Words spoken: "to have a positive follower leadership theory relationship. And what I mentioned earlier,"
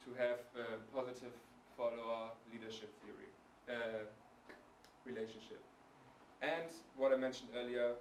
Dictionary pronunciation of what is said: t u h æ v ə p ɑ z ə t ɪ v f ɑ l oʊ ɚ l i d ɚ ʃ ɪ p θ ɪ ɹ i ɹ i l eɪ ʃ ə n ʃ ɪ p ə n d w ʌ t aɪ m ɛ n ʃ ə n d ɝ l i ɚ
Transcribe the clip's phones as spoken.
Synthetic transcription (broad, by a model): t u h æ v ə p ɑ z ə t ɪ v f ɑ l oʊ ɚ l i d ɚ ʃ ɪ p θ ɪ ɹ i ɹ i l eɪ ʃ ə n ʃ ɪ p ə n d w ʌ t aɪ m ɛ n ʃ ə n d ɝ l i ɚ